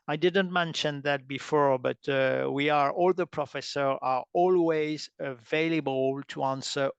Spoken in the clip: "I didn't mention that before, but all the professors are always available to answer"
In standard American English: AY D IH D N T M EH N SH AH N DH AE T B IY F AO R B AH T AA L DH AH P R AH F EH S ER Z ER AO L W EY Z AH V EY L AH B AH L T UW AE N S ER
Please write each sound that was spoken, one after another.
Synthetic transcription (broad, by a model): AY D IH D N T M EH N SH AH N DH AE T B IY F AO R B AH T AA L DH AH P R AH F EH S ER ER AO L W EY Z AH V EY L AH B AH L T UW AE N S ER